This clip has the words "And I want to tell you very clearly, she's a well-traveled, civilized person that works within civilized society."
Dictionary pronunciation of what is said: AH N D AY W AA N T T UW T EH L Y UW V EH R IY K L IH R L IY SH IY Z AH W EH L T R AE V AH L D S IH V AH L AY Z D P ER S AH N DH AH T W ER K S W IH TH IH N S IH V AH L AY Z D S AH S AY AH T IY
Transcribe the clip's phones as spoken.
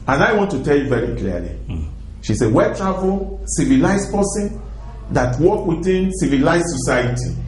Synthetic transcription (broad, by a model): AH N AY W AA N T T UW T EH L Y UW V EH R IY K L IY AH L IY SH IY S AH W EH T R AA V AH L S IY V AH L AY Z P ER S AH N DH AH T W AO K W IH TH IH N S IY V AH L AY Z S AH S AY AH T IY